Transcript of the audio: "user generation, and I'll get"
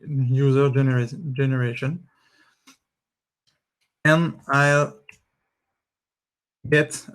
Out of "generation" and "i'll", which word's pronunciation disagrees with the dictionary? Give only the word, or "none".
none